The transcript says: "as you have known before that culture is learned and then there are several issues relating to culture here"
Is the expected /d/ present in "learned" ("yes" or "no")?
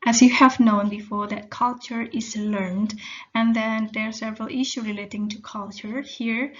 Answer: yes